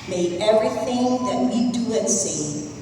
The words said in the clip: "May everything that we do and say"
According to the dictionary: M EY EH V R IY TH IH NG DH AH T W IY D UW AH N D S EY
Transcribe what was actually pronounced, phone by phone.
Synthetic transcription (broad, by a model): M EY EH V R IY TH IH NG DH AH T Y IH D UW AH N S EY